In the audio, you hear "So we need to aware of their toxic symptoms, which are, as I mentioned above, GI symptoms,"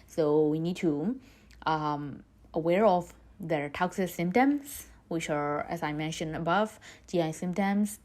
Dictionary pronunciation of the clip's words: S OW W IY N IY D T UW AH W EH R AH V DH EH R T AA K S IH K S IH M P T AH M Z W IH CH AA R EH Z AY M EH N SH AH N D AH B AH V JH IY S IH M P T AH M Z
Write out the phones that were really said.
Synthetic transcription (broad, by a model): S OW W IY N IY D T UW AH W EH R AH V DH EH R T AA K S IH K S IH M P T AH M S W IH CH AA R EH S AY M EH N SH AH N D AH B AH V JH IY S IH M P T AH M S